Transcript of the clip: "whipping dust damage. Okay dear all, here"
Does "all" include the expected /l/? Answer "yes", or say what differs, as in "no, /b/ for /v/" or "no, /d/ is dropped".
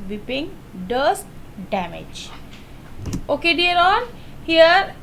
no, /n/ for /l/